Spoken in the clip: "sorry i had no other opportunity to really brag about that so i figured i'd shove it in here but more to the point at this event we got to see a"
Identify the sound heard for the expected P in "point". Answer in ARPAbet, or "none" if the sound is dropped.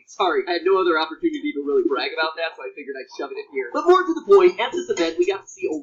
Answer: B